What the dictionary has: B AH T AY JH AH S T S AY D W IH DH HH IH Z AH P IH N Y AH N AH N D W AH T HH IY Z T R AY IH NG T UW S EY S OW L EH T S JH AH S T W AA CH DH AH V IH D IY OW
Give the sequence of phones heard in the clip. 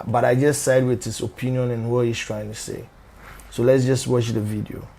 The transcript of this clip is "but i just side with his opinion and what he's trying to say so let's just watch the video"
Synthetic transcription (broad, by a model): B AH T AY JH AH S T S AY D W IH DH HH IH S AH P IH N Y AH N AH N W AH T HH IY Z T R AY IH NG T UW S EY S OW L EH T S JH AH S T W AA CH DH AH V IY D IY OW